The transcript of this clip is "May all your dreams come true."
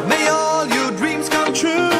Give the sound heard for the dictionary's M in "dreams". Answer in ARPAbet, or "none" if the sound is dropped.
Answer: M